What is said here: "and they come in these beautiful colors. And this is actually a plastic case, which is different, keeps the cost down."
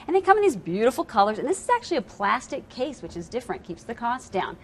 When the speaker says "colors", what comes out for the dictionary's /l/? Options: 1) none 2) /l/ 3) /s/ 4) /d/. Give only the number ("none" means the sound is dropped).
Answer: 2